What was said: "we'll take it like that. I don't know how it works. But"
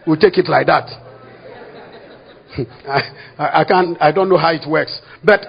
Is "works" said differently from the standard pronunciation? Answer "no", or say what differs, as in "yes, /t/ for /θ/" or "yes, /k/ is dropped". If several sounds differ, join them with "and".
no